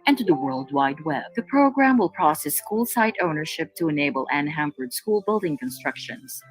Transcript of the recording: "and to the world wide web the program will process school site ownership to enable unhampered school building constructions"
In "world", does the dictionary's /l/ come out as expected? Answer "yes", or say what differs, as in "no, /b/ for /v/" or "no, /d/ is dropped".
yes